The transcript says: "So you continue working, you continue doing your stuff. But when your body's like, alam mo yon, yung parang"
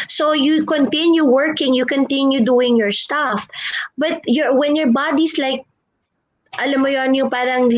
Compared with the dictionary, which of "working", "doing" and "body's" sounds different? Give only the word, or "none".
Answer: body's